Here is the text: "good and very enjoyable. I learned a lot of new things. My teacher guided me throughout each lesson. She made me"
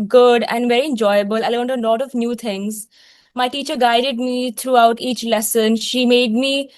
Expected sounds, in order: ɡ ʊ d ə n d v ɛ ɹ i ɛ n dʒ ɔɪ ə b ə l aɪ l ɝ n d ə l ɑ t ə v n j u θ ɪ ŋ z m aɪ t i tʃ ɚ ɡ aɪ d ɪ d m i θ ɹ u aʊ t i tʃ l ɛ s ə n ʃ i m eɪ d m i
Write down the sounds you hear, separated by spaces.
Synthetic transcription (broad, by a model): ɡ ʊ d ə n d v ɛ ɹ i ɛ n dʒ ɔɪ ə b ə l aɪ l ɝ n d ə l ɑ t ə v n j u t ɪ ŋ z m aɪ t i tʃ ɚ ɡ aɪ d ɪ d m i t ɹ u aʊ t i tʃ l ɛ s ə n ʃ i m eɪ d m i